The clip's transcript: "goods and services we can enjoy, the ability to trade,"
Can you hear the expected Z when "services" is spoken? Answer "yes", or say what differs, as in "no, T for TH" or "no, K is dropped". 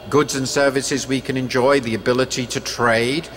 yes